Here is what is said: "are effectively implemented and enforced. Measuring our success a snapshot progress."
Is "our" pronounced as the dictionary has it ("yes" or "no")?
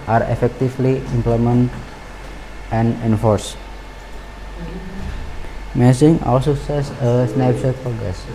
no